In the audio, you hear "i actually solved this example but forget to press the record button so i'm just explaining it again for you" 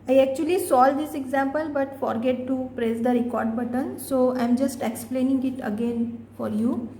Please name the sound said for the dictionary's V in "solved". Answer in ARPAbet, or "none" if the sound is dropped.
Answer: none